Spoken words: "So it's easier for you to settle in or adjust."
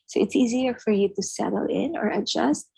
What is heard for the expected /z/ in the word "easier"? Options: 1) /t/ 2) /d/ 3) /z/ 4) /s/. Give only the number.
3